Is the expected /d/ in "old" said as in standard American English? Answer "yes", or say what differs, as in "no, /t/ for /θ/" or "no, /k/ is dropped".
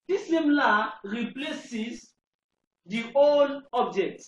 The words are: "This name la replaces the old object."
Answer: no, /d/ is dropped